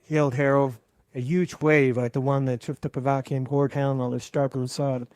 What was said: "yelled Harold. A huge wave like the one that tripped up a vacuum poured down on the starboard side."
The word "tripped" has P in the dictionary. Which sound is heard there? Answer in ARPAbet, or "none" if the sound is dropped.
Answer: F